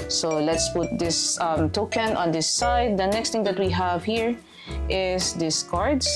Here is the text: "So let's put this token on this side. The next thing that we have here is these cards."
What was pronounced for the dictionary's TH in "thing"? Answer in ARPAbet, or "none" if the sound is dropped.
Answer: T